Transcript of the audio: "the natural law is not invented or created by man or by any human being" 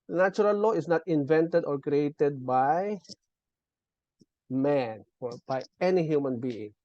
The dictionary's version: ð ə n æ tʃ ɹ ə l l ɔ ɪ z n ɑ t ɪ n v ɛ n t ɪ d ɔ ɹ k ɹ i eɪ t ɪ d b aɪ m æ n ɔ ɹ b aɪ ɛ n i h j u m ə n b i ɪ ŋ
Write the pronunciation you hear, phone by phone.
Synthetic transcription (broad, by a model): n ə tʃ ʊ ɹ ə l l ɔ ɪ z n ɑ t ɪ n v ɛ n t ɪ d ɔ ɹ k ɹ i eɪ t ɪ d b aɪ m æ n ɔ ɹ b aɪ ɛ n i h j u m ə n b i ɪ ŋ